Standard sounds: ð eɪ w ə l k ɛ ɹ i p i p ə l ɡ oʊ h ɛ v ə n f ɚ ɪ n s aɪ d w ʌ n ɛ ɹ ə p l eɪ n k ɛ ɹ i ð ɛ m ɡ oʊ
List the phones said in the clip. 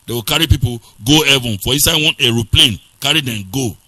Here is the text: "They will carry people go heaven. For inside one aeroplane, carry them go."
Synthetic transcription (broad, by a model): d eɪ w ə k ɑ ɹ i p i p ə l ɡ oʊ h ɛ v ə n f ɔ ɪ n s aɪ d w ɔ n ɛ ɹ ə p l eɪ n k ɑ ɹ i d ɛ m ɡ oʊ